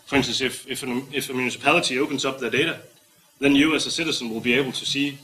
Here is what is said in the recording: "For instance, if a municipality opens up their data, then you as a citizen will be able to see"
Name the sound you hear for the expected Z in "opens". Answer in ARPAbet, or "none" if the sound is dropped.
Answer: S